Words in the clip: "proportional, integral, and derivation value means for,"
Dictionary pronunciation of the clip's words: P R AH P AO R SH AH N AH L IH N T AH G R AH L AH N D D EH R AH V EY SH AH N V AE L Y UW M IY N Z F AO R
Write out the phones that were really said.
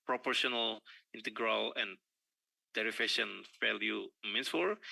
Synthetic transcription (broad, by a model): P R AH P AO R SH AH N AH L IH N T AH G R AH L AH N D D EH R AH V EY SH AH N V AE L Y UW M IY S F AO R